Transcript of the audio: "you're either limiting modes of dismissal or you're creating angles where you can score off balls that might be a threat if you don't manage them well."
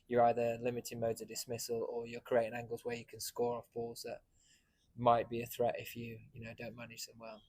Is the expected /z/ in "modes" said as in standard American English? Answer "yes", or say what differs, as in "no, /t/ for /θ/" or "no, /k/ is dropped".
yes